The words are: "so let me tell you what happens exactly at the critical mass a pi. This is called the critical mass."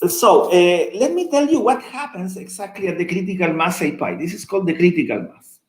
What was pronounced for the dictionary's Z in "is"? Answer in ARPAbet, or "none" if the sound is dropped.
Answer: S